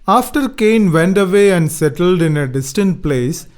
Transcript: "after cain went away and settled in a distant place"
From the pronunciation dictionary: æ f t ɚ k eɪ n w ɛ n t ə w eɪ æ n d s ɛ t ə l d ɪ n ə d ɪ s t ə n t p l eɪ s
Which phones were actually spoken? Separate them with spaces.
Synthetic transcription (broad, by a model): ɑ f t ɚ k eɪ n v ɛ n t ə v eɪ æ n d s ɛ t ə l d ɪ n ə d ɪ s t ə n t p l eɪ s